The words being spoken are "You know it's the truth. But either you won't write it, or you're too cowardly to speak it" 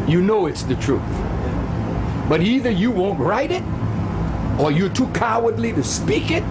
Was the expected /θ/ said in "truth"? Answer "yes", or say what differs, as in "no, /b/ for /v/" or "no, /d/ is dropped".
yes